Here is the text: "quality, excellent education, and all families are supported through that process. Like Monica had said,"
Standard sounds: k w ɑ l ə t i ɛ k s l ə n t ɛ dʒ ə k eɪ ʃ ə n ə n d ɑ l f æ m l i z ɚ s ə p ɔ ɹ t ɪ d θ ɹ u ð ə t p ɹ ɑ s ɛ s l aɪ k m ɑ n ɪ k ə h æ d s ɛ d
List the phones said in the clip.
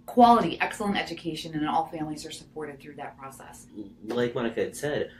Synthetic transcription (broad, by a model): k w ɑ l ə t i ɛ k s l ə n t ɛ dʒ ə k eɪ ʃ ə n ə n ɑ l f æ m l i z ɚ s ə p ɔ ɹ t ɪ d θ ɹ u ð ə t p ɹ ɑ s ɛ s l aɪ k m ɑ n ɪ k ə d s ɛ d